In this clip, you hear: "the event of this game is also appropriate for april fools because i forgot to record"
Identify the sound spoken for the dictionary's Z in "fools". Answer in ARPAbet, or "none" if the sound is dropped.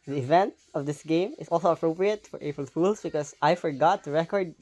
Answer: S